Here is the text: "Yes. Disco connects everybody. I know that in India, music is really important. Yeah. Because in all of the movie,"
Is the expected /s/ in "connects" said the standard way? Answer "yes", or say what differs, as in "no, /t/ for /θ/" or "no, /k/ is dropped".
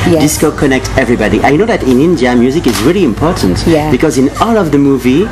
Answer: no, /s/ is dropped